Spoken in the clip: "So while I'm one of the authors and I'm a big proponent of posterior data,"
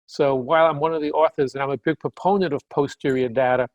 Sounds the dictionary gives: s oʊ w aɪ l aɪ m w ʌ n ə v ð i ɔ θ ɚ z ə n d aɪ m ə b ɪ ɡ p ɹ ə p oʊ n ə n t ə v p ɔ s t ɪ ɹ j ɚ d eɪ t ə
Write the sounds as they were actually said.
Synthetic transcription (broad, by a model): s oʊ w aɪ l aɪ m w ʌ n ə v ð i ɔ θ ɚ z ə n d aɪ m ə b ɪ ɡ p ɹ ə p oʊ n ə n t ə v p ɔ s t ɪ ɹ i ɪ d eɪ t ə